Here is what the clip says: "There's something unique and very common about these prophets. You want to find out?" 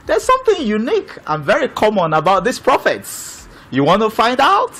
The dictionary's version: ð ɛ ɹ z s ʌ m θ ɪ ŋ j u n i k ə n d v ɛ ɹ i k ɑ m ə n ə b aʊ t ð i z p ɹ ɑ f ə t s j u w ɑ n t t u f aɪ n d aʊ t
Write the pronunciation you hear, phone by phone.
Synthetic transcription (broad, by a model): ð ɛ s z s ʌ m θ ɪ ŋ j u n i k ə n v ɛ ɹ i k ɑ m ə n ə b aʊ t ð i s p ɹ ɑ f ə t s j u w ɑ n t t u f aɪ n d aʊ t